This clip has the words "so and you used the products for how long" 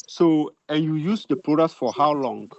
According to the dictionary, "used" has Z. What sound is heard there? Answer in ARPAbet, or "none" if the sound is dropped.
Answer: S